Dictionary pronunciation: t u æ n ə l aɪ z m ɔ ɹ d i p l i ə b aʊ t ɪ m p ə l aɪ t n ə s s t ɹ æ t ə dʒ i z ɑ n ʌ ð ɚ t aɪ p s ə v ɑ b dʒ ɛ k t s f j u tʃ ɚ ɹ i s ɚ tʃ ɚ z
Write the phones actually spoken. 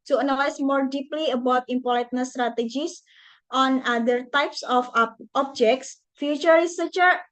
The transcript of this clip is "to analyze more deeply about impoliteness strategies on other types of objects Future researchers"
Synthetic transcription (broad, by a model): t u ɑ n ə l aɪ s m ɔ ɹ d i p l i ə b aʊ t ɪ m p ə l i t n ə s s t ɹ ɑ t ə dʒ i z ɑ n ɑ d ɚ t aɪ p s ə f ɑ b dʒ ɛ k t s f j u tʃ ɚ ɹ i s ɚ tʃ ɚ